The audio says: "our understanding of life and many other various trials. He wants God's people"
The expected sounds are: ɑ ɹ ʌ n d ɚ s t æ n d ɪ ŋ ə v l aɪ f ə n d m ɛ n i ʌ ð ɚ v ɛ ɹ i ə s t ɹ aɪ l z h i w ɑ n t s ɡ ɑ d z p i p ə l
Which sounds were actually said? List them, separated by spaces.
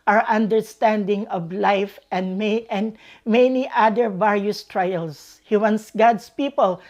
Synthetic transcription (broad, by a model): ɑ ɹ ʌ n d ɚ s t æ n d ɪ ŋ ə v l aɪ f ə n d m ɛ n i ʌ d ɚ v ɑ ɹ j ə s t ɹ aɪ l s h i w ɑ n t s ɡ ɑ d s p i p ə l